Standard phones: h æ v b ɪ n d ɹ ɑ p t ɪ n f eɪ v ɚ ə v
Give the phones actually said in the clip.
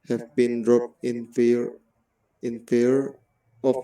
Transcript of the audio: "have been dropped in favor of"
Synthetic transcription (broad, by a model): h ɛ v b ɪ n d ɹ ɑ p t ɪ n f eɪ f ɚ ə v